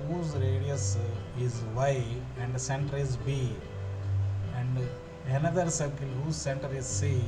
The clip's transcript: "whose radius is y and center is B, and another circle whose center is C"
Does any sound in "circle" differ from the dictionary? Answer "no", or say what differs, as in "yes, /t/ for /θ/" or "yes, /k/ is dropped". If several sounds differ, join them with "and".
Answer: yes, /n/ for /l/